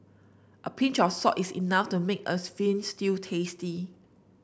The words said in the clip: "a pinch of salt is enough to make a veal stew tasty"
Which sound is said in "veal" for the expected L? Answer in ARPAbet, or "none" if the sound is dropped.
N